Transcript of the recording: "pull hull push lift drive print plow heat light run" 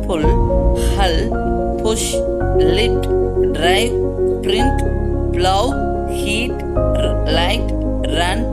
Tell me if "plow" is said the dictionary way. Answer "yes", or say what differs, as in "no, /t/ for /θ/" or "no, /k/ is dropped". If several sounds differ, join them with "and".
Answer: no, /b/ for /p/